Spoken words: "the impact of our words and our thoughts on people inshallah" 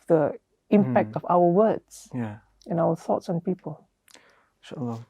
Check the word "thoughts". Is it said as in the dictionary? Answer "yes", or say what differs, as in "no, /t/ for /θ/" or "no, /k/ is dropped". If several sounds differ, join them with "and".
yes